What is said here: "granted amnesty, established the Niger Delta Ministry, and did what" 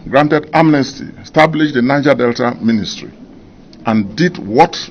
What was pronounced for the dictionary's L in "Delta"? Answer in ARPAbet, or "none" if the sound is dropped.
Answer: L